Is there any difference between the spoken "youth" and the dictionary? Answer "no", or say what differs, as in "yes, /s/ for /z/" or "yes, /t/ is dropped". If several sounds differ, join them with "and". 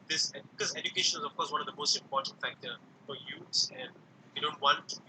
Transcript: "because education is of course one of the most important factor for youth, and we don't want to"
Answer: yes, /s/ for /θ/